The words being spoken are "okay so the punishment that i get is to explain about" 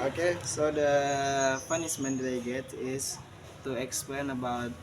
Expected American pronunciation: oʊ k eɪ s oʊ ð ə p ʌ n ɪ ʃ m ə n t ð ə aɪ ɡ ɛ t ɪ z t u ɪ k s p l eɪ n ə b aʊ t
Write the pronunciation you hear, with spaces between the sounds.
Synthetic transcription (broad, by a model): oʊ k eɪ s oʊ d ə f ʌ n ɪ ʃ m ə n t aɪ ɡ ɛ t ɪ s t u ɪ k s p l eɪ n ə b aʊ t